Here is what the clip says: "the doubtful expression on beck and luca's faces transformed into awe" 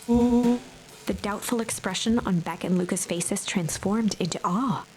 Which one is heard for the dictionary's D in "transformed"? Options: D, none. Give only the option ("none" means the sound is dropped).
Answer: D